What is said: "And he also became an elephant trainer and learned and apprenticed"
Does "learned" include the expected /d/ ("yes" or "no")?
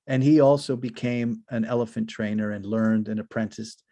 yes